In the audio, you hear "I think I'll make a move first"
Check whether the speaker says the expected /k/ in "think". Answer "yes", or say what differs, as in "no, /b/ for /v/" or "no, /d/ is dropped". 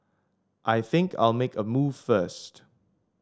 yes